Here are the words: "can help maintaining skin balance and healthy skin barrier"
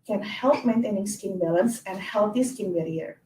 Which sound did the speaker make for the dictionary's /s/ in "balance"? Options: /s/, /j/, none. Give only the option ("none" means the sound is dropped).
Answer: /s/